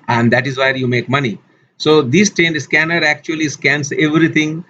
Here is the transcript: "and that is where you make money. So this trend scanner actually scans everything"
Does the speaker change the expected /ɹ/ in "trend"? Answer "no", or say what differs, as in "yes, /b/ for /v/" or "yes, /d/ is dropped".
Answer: yes, /ɹ/ is dropped